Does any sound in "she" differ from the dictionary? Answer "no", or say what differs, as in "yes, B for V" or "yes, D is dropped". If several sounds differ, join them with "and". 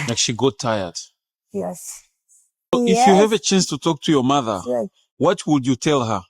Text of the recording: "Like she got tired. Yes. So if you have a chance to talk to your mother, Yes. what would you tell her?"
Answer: no